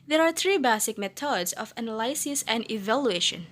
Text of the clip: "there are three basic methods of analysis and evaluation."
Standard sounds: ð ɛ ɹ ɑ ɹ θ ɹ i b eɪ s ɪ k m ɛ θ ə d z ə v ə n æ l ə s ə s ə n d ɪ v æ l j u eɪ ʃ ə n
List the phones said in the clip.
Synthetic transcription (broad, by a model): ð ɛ ɹ ɑ ɹ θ ɹ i b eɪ s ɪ k m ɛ t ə d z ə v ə n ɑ l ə s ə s ə n d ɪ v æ l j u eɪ ʃ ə n